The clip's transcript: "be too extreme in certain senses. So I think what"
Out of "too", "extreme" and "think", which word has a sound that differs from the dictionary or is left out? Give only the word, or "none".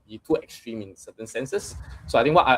think